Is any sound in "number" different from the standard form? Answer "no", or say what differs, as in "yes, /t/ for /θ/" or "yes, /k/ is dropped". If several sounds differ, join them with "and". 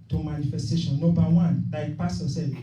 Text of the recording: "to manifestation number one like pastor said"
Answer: yes, /m/ is dropped